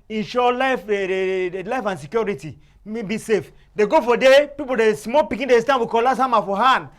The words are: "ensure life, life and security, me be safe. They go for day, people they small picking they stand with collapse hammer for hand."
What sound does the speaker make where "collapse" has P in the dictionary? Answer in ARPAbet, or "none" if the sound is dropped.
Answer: none